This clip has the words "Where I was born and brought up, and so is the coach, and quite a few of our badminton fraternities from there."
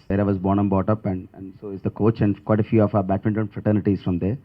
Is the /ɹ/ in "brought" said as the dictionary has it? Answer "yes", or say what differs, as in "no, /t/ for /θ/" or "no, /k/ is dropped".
no, /ɹ/ is dropped